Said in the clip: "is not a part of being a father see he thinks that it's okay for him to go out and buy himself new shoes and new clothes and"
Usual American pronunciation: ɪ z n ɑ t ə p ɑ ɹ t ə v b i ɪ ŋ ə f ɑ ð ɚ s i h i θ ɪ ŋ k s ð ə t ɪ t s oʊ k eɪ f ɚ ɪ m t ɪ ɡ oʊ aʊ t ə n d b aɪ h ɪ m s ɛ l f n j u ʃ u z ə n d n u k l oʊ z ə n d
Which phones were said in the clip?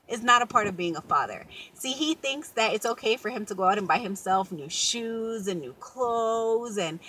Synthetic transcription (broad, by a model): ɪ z n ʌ t ə p ɑ ɹ t ə v b i ɪ ŋ ə f ɑ ð ɚ s i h i θ ɪ ŋ k s ð ə t ɪ t s oʊ k eɪ f ɚ ɪ m t ɪ ɡ oʊ aʊ t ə n b aɪ h ɪ m s ɛ l f n j u ʃ u z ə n n u k l oʊ z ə n